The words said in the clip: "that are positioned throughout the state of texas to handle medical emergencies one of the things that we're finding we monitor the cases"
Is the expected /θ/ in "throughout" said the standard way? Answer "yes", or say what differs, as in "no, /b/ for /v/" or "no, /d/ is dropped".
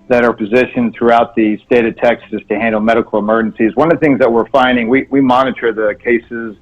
yes